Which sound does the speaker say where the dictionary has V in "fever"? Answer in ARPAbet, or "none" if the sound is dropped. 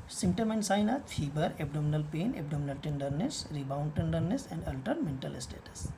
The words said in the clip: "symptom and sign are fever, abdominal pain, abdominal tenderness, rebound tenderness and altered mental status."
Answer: B